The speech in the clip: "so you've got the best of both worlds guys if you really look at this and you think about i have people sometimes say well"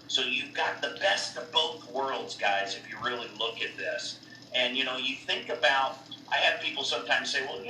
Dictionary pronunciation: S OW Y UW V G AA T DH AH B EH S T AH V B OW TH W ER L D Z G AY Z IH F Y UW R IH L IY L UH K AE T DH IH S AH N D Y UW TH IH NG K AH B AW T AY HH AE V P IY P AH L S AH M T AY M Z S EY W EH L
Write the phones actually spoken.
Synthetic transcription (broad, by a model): S OW Y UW V G AA T DH AH B EH S T AH V B OW TH W ER L D Z G AY Z IH F Y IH R IH L IY L UH K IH T DH IH S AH N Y Y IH TH IH NG K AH B AW T AY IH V P IY P L S AH M T AY M Z S EY W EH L